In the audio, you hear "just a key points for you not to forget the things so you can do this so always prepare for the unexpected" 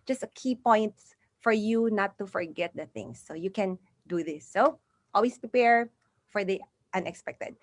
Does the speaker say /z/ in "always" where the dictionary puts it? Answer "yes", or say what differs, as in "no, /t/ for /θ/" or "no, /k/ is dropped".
no, /s/ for /z/